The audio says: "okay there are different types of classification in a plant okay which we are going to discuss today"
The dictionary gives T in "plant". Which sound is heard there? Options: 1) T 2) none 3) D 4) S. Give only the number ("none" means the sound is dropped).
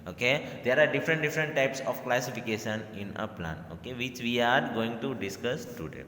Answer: 2